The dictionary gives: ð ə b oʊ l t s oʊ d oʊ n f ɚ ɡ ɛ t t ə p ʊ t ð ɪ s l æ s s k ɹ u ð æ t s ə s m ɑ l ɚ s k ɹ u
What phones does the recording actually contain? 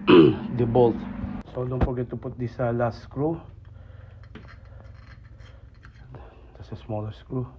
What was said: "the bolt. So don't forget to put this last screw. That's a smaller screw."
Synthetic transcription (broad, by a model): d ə b oʊ l t s oʊ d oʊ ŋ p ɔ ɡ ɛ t t ə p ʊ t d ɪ s l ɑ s s k ɹ u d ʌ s ə s m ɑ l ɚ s k ɹ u